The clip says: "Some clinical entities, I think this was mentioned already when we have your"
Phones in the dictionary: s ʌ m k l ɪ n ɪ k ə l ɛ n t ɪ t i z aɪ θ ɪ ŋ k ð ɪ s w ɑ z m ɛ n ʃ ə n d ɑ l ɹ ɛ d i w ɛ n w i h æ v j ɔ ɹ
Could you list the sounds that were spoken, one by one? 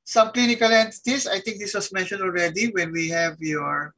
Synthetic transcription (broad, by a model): s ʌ m k l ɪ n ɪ k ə l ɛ n t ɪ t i s aɪ t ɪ ŋ k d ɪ s w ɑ s m ɛ n ʃ ə n d ɑ l ɹ ɛ d i w ɛ n w i h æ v j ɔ ɹ